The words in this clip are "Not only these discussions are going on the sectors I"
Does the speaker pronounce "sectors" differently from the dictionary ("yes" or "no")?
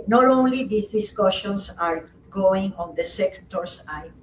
yes